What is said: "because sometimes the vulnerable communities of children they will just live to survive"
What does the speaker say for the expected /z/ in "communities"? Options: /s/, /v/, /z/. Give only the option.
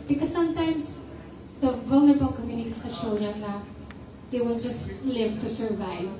/s/